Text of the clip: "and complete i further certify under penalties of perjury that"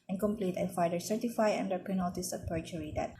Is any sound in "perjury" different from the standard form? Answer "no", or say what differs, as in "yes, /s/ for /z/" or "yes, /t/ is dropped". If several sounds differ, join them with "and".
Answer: yes, /tʃ/ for /dʒ/